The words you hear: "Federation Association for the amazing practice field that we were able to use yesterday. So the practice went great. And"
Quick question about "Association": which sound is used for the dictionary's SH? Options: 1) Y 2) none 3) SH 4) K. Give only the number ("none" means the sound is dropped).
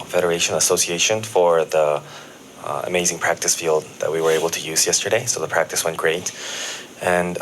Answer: 3